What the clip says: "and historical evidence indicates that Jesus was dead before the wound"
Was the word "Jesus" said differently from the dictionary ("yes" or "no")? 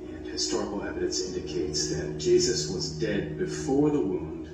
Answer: no